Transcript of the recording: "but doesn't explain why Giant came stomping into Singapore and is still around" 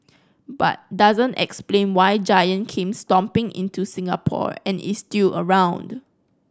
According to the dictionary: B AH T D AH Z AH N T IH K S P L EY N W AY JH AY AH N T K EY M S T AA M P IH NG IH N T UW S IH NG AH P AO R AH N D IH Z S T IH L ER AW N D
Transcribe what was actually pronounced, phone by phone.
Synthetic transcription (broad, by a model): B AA T D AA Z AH N T IH K S P L EY N W AY JH AY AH N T K EY M S T AA M P IH NG IH N T UW S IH NG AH P AO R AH N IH S T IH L ER AW N D